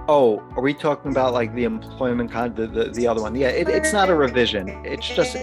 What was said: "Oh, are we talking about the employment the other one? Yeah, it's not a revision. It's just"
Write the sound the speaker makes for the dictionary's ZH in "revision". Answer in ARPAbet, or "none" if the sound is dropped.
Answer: ZH